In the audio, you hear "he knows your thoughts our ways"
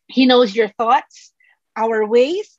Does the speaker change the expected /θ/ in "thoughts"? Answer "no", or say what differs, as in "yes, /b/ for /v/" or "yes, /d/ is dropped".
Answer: no